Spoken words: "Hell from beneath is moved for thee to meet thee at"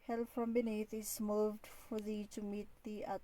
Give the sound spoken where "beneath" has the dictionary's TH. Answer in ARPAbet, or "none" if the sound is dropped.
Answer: T